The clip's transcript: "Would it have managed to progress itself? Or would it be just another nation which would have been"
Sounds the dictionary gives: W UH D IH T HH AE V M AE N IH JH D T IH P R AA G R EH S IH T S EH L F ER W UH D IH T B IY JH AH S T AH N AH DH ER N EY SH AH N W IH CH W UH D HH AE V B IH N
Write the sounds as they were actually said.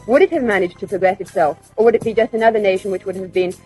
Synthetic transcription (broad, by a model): W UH D IH T HH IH V M AE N IH JH T IH P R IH G R EH S IH T S EH L F ER W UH D IH T B IY JH AH S T AH N AH DH ER N EY SH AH N W IH CH W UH D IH V B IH N